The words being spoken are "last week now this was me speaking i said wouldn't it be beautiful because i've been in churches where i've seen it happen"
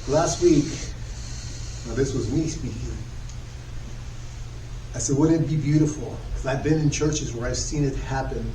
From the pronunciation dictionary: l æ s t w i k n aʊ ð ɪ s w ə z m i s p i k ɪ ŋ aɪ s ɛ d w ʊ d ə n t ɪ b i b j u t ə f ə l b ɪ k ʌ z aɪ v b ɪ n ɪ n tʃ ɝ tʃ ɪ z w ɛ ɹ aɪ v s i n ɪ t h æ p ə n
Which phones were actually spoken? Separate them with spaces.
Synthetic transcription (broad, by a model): l æ s t w i k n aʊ ð ɪ s w ə z m i s p i k ɪ ŋ aɪ s ɛ d w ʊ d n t b i b j u t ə f l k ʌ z aɪ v b ɪ n ɪ n tʃ ɝ tʃ ɪ z w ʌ ɹ aɪ v s i n ɪ t h æ p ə n